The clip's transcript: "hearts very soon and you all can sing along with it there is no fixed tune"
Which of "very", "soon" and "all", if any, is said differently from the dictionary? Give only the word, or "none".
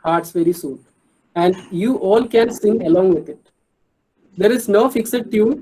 none